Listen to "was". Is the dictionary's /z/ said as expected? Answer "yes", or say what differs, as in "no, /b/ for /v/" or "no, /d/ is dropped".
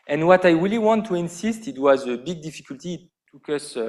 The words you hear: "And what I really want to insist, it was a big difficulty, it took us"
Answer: yes